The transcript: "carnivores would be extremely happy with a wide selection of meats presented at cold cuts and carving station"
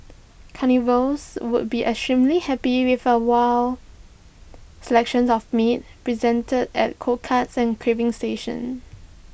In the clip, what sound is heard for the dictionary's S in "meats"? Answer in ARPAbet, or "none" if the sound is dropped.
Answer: none